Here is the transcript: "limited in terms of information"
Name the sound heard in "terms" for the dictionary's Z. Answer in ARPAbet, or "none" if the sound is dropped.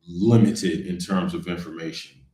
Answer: Z